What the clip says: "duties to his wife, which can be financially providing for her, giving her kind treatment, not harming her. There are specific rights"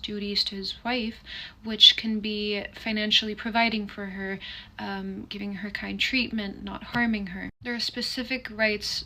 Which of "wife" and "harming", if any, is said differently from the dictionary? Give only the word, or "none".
none